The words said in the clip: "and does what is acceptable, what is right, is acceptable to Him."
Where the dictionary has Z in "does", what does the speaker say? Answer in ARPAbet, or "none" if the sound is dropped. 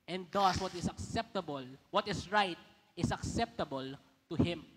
S